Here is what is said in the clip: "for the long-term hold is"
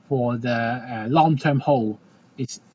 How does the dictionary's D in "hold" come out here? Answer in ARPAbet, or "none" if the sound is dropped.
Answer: none